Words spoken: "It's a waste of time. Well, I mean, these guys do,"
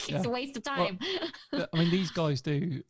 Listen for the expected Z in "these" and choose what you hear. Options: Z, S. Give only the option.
Z